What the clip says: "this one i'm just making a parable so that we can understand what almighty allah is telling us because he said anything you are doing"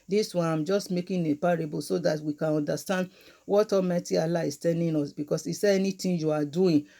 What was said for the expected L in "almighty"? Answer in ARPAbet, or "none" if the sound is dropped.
none